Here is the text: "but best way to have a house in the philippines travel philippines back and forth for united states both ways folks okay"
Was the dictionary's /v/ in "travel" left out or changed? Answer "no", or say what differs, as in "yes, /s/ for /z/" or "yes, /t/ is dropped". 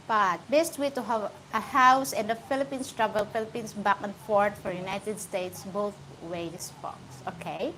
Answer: yes, /b/ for /v/